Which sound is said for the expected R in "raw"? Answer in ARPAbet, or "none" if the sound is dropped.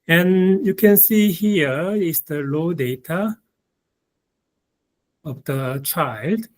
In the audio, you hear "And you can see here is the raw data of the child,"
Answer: L